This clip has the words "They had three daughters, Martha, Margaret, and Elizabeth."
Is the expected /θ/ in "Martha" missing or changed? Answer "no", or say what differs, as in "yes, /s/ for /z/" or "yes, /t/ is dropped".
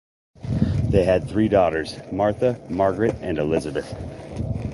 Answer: no